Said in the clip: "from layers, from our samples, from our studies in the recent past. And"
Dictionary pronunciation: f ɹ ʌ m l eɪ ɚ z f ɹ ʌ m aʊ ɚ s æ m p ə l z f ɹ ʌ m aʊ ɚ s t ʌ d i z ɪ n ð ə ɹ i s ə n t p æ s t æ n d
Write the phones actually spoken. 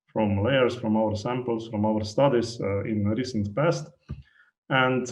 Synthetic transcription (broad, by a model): f ɹ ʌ m l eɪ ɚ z f ɹ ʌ m aʊ ɚ s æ m p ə l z f ɹ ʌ m aʊ ɚ s t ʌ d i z ɪ n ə ɹ i s ə n t p æ s t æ n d